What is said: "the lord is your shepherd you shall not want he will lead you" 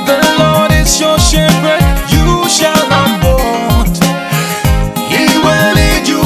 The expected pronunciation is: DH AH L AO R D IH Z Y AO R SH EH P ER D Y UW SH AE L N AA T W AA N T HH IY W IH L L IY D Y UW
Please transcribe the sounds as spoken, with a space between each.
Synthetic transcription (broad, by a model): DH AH L AO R D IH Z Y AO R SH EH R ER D Y UW SH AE L N AA T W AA T HH IY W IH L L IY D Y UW